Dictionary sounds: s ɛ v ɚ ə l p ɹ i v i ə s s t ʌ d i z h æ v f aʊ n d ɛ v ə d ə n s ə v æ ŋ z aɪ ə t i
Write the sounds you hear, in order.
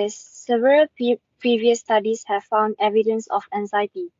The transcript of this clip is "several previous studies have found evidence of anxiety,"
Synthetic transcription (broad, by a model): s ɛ v ɚ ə l p ɹ i v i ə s s t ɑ d i s h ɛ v f aʊ n d ɛ v ə d ə n s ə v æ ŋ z aɪ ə t i